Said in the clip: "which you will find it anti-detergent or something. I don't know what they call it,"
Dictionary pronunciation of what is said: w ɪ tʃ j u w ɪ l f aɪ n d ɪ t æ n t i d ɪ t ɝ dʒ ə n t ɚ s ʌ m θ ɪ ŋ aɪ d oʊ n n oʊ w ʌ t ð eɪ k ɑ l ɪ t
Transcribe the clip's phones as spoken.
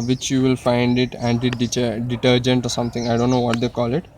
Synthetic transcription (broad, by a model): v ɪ tʃ j u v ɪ l f aɪ n d ɪ t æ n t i d ɪ t ɝ dʒ ə n t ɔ s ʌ m t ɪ ŋ aɪ d oʊ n n oʊ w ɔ t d eɪ k ɑ l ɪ t